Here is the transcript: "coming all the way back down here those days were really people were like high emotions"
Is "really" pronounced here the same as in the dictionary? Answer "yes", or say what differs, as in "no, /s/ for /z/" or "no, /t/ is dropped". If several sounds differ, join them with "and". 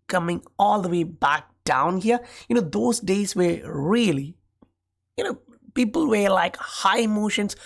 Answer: no, /l/ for /ɹ/ and /n/ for /l/